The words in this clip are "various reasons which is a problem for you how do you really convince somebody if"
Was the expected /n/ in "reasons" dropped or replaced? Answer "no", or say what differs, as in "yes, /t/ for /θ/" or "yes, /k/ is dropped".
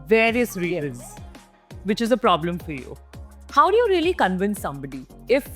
yes, /n/ is dropped